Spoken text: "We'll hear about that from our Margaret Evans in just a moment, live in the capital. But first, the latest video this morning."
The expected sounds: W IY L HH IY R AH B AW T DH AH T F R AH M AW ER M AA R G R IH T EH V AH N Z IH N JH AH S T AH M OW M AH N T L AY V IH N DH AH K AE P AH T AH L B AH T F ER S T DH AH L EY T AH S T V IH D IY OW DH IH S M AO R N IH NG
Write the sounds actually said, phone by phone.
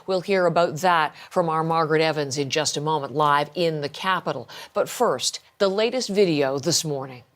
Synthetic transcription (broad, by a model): W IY L HH IY R AH B AW T DH AH T F R AH M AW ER M AA R G R IH T EH V AH N Z IH N JH AH S T AH M OW M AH N T L AY V IH N DH AH K AE P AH T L B AH T F ER S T DH AH L EY T AH S T V IH D IY OW DH IH S M AO R N IH NG